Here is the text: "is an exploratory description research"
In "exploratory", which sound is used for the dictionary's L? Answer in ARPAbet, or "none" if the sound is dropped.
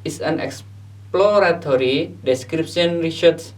L